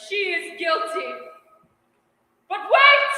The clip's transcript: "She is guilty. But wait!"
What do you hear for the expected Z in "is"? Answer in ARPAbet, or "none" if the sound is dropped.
Z